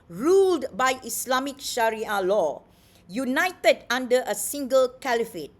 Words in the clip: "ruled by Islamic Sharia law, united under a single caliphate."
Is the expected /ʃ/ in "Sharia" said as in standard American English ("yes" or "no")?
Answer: yes